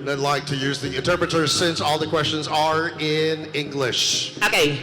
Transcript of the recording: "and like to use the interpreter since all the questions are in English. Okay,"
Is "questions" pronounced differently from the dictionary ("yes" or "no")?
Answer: no